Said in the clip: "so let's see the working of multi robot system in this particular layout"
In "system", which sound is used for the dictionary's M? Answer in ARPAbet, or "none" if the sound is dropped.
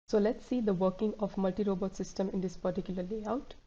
M